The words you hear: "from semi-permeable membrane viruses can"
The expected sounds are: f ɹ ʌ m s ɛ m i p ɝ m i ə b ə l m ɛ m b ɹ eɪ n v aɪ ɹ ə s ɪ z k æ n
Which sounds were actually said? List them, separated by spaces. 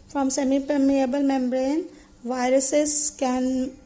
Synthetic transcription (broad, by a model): f ɹ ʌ m s ɛ m i p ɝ m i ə b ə l m ɛ m b ɹ eɪ n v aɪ ɹ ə s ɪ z k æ n